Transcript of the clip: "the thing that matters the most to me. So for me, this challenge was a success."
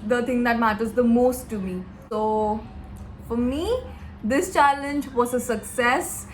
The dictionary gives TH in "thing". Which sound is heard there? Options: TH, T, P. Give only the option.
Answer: T